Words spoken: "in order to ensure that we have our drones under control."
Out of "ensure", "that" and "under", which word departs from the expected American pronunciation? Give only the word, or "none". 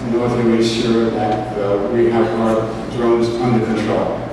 ensure